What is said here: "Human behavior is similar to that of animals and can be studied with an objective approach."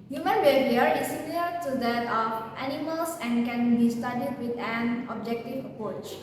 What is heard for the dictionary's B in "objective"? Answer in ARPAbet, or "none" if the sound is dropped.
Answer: B